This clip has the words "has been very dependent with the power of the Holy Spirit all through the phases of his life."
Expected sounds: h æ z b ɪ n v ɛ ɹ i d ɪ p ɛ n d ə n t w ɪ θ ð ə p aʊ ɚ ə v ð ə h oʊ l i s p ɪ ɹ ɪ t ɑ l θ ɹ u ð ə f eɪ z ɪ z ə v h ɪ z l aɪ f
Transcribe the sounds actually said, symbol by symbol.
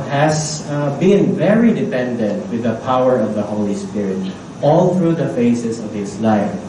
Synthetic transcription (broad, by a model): h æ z b ɪ n v ɛ ɹ i d ɪ p ɛ n d ə n t w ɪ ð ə p aʊ ɚ ə v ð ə h oʊ l i s p ɪ ɹ ɪ t ɑ l θ ɹ u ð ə f eɪ s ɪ s ə v h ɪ s l aɪ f